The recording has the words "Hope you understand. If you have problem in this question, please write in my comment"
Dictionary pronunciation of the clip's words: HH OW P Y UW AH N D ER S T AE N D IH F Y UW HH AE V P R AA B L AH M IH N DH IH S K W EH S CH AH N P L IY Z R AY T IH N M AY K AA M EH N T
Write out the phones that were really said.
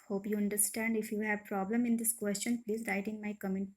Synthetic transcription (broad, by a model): HH OW P Y UW AH N D ER S T AE N D IH F Y UW HH AE V P R AA B L AH M IH N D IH S K W EH S CH AH N P L IY Z R AY T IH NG M AY K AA M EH N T